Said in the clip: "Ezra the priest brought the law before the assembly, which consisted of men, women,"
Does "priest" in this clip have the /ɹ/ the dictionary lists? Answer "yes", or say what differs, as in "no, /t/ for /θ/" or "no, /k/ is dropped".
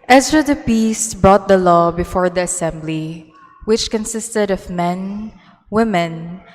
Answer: no, /ɹ/ is dropped